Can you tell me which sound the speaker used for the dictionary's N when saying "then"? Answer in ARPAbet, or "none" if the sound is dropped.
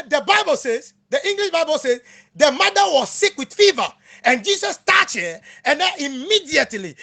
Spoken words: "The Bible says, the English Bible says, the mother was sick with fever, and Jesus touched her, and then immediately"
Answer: none